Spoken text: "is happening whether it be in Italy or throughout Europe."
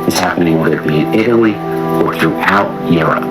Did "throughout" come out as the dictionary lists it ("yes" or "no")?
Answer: yes